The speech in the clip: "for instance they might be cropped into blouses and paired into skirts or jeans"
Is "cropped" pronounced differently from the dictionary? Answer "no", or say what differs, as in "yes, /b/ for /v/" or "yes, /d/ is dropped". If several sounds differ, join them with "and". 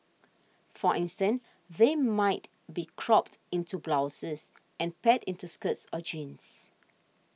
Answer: no